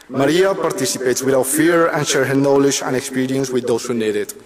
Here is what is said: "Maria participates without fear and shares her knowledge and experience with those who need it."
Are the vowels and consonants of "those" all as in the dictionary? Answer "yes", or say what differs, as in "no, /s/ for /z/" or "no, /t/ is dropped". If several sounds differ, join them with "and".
no, /s/ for /z/